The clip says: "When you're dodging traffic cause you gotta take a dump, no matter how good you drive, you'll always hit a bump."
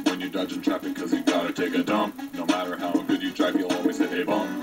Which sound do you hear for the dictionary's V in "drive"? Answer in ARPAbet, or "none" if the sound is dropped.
P